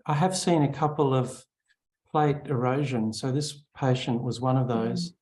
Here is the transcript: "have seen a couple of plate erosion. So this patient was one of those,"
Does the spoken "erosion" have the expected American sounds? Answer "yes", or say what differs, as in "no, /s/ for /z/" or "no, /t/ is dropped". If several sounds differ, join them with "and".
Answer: yes